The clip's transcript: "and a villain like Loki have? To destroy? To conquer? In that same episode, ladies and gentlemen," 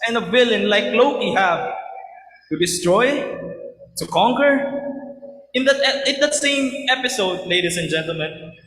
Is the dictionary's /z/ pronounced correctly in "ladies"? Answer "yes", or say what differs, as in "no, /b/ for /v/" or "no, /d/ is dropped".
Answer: no, /s/ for /z/